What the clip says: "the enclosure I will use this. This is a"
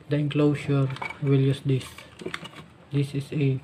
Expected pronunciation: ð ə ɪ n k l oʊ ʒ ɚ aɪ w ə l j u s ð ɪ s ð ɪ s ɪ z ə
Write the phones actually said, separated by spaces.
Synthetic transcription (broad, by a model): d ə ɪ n k l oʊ ʃ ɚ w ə l j u s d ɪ s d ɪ s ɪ s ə